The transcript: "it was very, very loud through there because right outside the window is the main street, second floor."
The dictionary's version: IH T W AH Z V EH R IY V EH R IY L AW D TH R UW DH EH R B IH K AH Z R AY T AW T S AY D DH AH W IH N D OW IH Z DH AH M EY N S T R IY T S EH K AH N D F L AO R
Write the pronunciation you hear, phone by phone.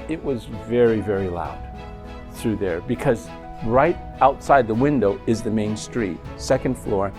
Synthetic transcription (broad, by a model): IH T W AH Z V EH R IY V EH R IY L AW D TH R UW DH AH R B IH K AH Z R AY T AW T S AY D DH AH W IH N D OW IH Z DH AH M EY N S T R IY T S EH K AH N D F L AO R